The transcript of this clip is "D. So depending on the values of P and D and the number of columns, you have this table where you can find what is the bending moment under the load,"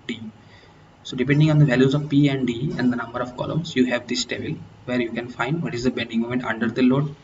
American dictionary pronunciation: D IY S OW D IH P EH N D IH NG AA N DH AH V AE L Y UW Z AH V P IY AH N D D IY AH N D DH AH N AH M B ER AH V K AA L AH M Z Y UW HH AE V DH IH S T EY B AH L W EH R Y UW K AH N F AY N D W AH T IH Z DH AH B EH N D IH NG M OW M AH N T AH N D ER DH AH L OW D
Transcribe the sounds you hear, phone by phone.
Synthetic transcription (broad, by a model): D IY S OW D IH P EH N D IH NG AA N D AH V AE L Y UW Z AH V P IY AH N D D IY AH N D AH N AH M B ER AH V K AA L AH M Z Y UW HH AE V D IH S T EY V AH L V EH R Y UW K AH N F AY N D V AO T IH Z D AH B EH N D IH NG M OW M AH N T AH N D ER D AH L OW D